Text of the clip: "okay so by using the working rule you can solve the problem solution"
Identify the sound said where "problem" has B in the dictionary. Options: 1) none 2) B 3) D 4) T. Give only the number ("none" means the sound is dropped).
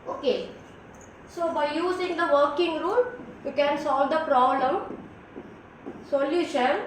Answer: 2